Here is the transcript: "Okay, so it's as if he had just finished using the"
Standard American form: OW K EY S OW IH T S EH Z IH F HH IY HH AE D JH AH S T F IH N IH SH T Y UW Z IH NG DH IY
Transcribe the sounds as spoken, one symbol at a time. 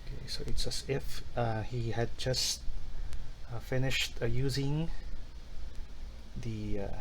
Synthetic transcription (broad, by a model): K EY S OW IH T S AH S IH F HH IY HH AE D JH AH S T F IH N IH SH T Y UW Z IH NG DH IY